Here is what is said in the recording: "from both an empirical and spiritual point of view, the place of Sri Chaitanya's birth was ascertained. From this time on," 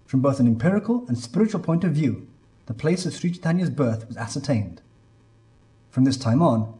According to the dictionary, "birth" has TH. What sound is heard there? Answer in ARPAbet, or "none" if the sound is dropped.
TH